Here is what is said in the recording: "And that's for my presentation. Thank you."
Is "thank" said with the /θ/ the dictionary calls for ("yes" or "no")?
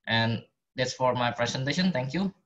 no